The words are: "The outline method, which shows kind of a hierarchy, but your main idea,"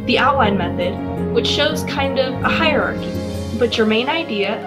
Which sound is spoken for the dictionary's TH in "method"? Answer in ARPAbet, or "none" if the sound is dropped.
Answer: TH